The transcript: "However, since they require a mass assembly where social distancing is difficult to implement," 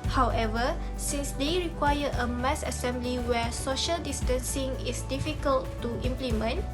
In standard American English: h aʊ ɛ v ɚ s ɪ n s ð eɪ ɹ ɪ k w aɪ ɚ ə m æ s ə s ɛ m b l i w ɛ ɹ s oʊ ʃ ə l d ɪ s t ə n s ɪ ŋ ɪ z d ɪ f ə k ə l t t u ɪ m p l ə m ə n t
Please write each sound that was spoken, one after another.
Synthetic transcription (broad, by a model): h aʊ ɛ v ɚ s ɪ n s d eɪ ɹ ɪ k w aɪ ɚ ə m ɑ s ə s ɛ m b l i w ɛ s oʊ ʃ ə l d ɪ s t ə n s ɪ ŋ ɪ s d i f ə k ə l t t u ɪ m p l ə m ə n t